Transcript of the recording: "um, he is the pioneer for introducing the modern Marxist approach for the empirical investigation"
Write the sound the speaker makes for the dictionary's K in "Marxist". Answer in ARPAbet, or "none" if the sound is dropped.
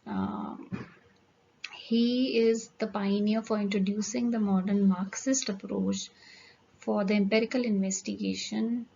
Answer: K